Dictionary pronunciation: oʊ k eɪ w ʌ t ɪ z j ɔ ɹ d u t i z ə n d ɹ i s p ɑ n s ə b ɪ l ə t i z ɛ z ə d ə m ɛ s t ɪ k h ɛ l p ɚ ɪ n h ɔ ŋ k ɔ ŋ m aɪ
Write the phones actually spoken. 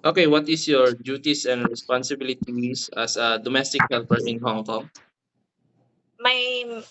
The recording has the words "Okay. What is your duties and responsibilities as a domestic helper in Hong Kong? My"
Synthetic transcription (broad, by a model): oʊ k eɪ w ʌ t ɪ s j ɔ ɹ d u t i s ə n d ɹ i s p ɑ n s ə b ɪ l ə t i s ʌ s ə d ə m ɛ s t ɪ k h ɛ l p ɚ ɪ n h ɔ ŋ k ɔ ŋ m aɪ